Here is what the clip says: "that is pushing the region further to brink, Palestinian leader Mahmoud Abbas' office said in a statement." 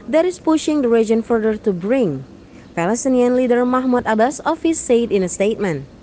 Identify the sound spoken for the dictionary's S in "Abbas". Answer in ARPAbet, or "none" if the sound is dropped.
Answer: S